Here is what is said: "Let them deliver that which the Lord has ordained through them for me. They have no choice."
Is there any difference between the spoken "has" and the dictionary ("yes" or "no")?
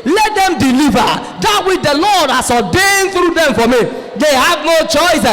yes